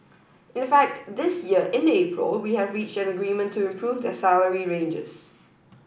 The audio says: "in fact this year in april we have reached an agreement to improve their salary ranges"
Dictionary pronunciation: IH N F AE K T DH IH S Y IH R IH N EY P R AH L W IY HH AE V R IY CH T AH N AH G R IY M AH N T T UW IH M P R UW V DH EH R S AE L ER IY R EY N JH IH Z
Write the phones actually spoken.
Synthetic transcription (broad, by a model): IH N F AE K T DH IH S Y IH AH IH N EY P R AH L W IY HH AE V R IY CH T AH N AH G R IY M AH N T T UW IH M P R UW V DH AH S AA ER IY R EY N JH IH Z